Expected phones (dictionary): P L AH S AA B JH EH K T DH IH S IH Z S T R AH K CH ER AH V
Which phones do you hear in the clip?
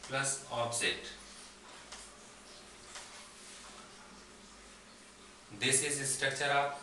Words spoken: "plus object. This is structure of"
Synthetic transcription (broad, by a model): P L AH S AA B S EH T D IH S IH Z S T R AH K CH ER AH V